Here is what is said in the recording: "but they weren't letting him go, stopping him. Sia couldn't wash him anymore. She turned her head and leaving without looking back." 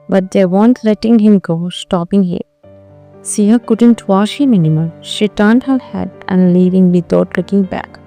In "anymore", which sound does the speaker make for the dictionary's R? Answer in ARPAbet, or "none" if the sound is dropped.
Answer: L